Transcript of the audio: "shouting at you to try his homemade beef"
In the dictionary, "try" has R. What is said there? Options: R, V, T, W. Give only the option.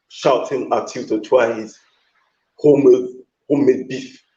W